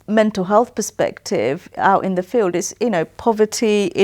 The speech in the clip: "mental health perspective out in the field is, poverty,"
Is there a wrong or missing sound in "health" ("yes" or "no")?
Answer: no